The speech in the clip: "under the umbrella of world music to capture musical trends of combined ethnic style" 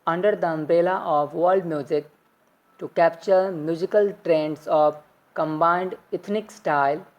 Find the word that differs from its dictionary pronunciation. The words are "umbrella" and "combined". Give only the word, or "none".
umbrella